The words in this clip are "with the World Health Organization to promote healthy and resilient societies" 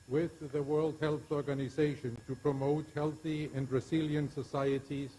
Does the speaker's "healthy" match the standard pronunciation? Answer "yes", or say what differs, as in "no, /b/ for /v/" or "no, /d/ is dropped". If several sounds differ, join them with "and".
yes